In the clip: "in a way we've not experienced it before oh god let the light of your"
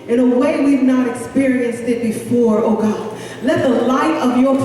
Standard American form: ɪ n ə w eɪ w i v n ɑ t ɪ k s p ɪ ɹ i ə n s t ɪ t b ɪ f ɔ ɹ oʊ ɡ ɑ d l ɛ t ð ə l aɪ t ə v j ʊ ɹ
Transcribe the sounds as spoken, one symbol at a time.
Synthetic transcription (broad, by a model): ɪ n ə w eɪ w i v n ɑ t ɪ k s p ɪ ɹ i ə n s t ɪ t b ɪ f ɔ ɹ oʊ ɡ ɑ d l ɛ t ð ə l aɪ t ə v j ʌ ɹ